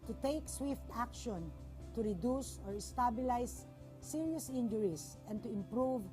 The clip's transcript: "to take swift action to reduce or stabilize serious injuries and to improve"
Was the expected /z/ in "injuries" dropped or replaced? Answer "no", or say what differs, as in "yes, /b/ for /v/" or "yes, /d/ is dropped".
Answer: yes, /s/ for /z/